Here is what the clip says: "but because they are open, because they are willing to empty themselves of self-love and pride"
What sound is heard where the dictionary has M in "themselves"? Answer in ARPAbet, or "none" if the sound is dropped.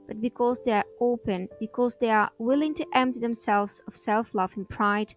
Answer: M